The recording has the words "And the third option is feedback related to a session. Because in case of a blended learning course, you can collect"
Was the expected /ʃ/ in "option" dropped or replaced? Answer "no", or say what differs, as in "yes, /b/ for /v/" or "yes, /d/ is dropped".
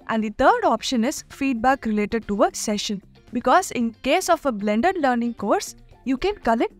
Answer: no